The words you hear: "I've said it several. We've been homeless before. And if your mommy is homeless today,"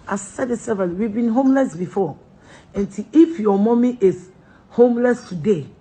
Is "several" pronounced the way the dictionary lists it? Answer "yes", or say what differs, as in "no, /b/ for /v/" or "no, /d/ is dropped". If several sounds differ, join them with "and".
no, /ɹ/ is dropped